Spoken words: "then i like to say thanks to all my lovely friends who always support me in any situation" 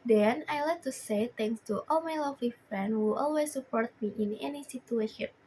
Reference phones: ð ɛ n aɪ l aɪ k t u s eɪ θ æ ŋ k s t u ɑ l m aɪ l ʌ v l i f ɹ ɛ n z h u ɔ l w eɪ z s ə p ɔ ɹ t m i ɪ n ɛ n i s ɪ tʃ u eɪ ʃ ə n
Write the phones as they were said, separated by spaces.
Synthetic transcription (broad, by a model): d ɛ n aɪ l aɪ k t u s eɪ t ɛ ŋ k s t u ɑ l m aɪ l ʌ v l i f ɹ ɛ n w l ɔ l w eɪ s ə p ɔ ɹ t m i ɪ n ɛ n i s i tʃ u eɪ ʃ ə n